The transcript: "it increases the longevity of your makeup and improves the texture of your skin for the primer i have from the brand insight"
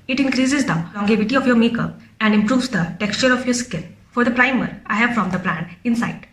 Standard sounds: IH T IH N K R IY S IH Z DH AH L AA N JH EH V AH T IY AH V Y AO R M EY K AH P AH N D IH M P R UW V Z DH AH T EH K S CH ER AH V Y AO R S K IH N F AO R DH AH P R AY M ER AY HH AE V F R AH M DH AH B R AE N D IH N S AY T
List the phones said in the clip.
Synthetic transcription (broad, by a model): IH T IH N K R IY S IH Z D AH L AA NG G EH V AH T IY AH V Y AO R M EY K AH P AH N D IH M P R UW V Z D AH T EH K S CH ER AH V Y AO R S K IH L F AO R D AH P R AY M ER AY HH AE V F R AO M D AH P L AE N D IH N S AY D